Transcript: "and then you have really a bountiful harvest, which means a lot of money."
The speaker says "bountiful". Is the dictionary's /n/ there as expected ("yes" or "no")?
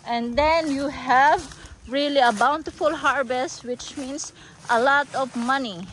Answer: yes